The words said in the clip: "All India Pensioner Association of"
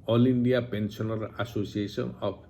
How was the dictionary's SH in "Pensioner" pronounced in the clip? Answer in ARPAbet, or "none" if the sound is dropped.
S